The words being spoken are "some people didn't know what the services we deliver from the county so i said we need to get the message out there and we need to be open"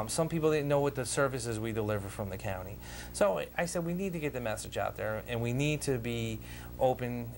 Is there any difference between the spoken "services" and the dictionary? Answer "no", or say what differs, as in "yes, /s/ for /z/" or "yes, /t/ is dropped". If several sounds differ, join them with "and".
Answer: no